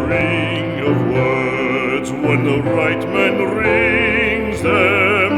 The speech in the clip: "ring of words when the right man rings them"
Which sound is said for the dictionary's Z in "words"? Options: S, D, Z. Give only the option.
Z